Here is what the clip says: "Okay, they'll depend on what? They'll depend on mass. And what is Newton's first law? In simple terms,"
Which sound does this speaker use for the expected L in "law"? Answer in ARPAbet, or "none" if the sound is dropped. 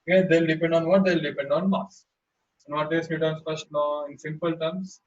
N